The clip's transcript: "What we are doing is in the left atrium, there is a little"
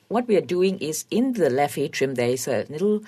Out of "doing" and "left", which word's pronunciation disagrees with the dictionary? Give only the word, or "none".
left